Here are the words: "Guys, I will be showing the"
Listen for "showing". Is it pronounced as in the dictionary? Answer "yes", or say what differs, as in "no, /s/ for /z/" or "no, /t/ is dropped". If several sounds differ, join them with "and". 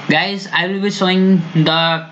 no, /s/ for /ʃ/